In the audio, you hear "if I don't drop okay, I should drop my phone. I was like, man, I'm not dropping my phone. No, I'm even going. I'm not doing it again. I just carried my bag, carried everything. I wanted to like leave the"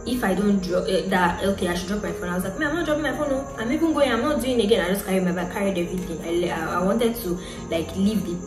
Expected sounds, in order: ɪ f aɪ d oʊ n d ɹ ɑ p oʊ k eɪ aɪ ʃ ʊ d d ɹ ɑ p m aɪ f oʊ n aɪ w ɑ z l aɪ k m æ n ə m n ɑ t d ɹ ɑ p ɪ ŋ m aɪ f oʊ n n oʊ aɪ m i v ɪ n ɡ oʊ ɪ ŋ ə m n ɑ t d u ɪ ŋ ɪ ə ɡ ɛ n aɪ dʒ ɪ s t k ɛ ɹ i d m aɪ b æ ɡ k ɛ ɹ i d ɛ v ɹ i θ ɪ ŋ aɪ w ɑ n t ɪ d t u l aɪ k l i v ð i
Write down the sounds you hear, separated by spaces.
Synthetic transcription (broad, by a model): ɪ f aɪ d oʊ n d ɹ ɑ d oʊ k eɪ aɪ ʃ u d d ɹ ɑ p m aɪ f oʊ n aɪ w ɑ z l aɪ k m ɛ ə m n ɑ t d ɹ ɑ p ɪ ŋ m aɪ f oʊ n n oʊ aɪ m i b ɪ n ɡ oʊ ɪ ə m n ɑ t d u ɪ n ɪ ɡ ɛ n aɪ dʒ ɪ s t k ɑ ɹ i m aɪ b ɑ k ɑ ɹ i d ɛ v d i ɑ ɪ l aɪ w ɑ n t ɪ d t u l aɪ k l i v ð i